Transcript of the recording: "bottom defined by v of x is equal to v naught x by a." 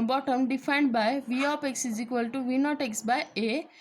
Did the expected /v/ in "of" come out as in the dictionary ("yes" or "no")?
no